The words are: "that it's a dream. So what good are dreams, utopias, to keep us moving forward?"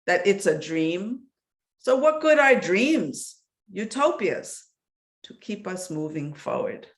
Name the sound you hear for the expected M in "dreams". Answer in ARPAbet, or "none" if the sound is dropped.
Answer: M